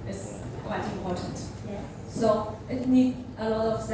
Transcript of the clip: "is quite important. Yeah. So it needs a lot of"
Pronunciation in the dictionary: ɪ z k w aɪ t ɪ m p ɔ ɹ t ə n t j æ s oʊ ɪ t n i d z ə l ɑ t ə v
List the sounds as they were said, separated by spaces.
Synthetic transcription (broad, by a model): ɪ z k w aɪ t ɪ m p ɔ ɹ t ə n t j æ s oʊ ɪ t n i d ə l ɑ t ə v